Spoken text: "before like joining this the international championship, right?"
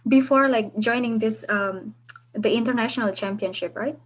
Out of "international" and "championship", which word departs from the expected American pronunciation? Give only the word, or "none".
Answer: none